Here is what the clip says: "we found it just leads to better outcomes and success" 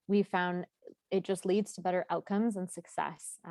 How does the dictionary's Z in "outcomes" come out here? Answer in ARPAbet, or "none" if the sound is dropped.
Z